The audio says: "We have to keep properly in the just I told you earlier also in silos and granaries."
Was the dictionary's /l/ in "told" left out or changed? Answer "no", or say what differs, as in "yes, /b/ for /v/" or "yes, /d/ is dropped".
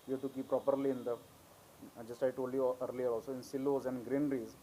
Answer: yes, /l/ is dropped